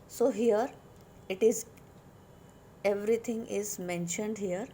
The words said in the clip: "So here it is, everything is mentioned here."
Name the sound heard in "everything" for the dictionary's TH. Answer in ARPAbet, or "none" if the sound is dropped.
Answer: T